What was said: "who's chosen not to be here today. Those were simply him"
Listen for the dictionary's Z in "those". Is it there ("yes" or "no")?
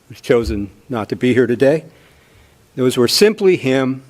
yes